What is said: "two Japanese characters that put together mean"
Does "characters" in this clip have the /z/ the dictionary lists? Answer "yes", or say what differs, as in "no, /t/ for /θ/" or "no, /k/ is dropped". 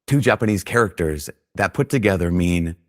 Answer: yes